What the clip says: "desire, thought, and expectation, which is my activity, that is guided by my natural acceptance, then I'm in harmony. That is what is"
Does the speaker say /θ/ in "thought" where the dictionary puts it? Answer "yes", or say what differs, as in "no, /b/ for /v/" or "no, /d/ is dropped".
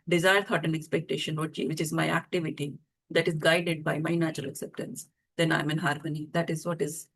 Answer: no, /t/ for /θ/